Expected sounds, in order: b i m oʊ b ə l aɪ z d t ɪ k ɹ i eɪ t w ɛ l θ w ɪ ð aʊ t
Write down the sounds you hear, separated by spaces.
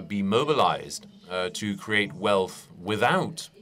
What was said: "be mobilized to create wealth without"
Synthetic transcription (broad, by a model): b i m oʊ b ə l aɪ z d t ɪ k ɹ i eɪ t w ɛ l θ w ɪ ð aʊ t